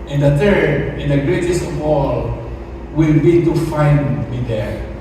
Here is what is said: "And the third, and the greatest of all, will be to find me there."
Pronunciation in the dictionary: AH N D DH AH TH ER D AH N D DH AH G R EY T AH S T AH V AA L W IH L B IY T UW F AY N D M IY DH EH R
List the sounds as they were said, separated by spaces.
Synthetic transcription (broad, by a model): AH N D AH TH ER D AH N D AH G R EY T AH S T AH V AA L W IH L B IY T UW F AY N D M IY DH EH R